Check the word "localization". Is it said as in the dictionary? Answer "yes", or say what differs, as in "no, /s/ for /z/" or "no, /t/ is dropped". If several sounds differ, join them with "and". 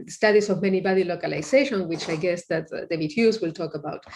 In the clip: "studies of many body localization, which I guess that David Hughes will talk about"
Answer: no, /s/ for /z/